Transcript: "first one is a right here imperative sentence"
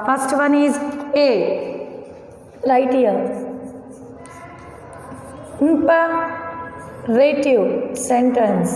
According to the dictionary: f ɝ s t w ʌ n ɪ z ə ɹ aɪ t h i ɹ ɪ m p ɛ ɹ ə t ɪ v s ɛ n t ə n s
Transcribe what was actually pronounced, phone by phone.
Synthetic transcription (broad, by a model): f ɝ s t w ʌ n ɪ z ə l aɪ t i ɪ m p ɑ ɹ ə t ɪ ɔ s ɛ n t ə n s